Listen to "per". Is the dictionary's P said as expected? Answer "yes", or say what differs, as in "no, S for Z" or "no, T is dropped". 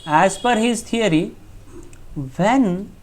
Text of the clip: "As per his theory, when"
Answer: no, F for P